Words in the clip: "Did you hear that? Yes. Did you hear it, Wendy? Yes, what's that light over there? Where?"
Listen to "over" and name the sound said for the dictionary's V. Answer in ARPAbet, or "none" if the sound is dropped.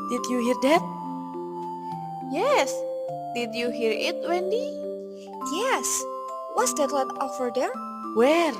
F